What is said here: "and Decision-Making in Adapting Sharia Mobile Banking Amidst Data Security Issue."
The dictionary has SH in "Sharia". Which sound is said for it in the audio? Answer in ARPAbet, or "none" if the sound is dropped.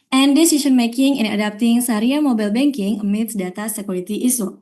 S